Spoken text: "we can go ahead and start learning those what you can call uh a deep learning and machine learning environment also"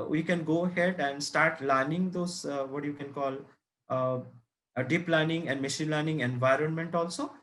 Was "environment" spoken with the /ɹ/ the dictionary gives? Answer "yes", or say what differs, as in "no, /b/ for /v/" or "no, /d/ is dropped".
yes